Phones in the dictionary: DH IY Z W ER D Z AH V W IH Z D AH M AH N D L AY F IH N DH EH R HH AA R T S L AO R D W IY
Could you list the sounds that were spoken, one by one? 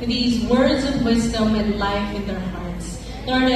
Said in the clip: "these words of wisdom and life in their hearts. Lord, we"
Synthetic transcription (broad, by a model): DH IY Z W ER D Z AH V W IH Z D AH M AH N L AY F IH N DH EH R HH AA R T S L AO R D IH